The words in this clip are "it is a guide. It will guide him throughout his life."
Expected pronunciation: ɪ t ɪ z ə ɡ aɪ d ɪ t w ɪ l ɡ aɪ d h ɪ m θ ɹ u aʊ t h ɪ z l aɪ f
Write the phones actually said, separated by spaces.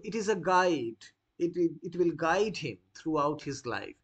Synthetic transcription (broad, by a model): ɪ t ɪ z ə ɡ aɪ d ɪ t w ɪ l ɡ aɪ d h ɪ m t ɹ u aʊ t h ɪ z l aɪ f